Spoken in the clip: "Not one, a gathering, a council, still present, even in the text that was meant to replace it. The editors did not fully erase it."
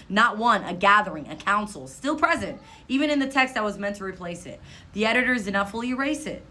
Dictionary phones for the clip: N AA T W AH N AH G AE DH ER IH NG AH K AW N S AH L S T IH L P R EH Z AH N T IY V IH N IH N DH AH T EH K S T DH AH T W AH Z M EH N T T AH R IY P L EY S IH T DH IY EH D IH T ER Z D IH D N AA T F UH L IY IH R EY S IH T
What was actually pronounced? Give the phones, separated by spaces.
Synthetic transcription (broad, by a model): N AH T W AH N AH G AE DH ER IH NG AH K AW N S L S T IH L P R EH Z AH N T IY V IH N IH N DH AH T EH K S T DH AH T W AH Z M EH N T T AH R IY P L EY S IH T DH IY EH D IH T ER Z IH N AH F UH L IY IH R EY S IH T